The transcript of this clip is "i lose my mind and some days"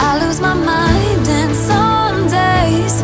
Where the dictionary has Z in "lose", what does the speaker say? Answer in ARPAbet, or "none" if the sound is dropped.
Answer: Z